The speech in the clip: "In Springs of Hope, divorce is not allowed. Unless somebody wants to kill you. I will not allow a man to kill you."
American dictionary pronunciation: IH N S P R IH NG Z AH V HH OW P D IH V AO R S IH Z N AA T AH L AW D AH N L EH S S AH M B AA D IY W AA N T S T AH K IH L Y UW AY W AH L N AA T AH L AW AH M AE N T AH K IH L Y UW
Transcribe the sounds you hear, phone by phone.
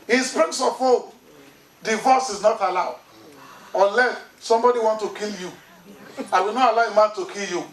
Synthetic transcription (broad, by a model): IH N S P R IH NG S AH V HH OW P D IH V AO S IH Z N AA T AH L AW D AH N L EH S S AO M B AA D IY W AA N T T AH K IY L Y UW AY W AH L N AA T AH L AW AH M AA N T AH K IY L Y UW